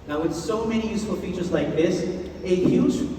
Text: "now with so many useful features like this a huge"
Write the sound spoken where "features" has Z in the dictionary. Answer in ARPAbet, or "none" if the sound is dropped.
Z